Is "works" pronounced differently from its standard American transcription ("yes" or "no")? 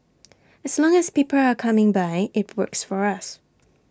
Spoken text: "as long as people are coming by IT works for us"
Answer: no